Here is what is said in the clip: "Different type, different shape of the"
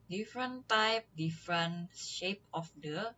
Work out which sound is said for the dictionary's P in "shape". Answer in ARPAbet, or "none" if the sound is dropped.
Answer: P